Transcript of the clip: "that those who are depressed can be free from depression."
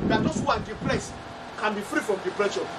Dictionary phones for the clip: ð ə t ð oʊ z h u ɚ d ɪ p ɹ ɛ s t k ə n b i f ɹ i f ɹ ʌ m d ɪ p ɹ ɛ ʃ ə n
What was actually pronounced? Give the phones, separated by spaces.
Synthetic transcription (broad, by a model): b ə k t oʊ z h u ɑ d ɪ p l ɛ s k ə n b i f ɹ i f ɹ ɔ m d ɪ p ɹ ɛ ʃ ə